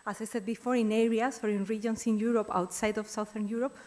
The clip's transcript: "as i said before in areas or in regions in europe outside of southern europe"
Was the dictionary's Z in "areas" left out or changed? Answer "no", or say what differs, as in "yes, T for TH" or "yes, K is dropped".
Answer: yes, S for Z